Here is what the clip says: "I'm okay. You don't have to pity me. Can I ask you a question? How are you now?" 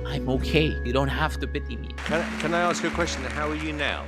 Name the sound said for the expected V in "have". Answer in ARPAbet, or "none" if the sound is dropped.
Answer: F